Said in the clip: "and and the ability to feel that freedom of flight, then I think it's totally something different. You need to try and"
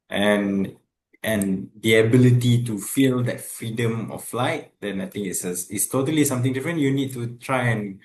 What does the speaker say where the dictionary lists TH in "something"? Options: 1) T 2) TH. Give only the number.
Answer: 1